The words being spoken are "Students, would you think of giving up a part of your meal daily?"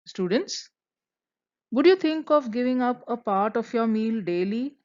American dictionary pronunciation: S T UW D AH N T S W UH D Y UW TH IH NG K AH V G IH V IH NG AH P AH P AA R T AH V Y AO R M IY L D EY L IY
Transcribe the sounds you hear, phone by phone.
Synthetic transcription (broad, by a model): S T UW D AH N T S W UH D Y UW T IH NG K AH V G IH V IH NG AH P AH P AA R T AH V Y AO R M IY L D EY L IY